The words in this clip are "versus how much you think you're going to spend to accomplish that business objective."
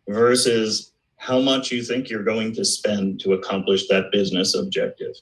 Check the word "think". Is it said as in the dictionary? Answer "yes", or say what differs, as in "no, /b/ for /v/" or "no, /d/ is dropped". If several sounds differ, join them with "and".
yes